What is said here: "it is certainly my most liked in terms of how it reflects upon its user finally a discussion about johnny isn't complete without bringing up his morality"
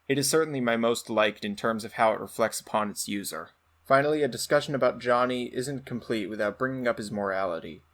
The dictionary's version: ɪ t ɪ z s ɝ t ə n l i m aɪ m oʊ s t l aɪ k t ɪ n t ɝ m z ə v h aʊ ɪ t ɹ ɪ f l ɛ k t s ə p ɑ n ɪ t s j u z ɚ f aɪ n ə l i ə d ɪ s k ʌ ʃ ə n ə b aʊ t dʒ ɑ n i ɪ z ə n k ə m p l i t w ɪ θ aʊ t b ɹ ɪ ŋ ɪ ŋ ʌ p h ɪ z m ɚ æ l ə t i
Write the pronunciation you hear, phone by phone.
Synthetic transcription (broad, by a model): ɪ t ɪ z s ɝ t n l i m aɪ m oʊ s t l aɪ k t ɪ n t ɝ m z ə v h aʊ ɪ t ɹ ɪ f l ɛ k t s ə p ɑ n ɪ t s j u z ɚ f aɪ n l i ə d ɪ s k ʌ ʃ ə n ə b aʊ t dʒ ɑ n i ɪ z ə n k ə m p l i t w ɪ θ aʊ t b ɹ ɪ ŋ ɪ ŋ ʌ p h ɪ z m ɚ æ l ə t i